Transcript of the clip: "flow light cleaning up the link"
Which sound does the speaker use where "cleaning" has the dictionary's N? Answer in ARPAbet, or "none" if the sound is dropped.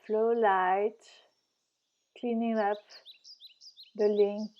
N